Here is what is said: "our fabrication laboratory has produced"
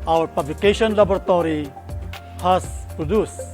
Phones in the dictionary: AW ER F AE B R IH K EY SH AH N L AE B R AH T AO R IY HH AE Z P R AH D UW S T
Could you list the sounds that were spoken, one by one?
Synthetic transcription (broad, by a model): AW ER P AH B L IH K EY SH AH N L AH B R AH T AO R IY HH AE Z P R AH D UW S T